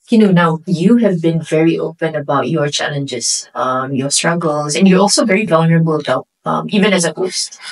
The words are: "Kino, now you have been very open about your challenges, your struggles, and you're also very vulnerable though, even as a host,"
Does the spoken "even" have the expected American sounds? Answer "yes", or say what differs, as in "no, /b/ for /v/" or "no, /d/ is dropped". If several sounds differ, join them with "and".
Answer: yes